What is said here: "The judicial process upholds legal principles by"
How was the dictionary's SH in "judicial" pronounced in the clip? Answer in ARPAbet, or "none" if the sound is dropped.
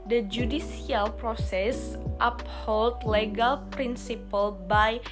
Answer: S